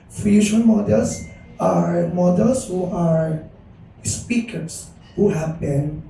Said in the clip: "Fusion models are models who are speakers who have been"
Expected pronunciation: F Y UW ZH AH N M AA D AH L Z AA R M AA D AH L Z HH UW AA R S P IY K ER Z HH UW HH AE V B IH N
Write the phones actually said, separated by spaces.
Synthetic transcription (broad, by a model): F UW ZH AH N M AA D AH L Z AA R M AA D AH L S HH UW AA R S P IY K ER S HH UW HH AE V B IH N